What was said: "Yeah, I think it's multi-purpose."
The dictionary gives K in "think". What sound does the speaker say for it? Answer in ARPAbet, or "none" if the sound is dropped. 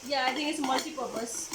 none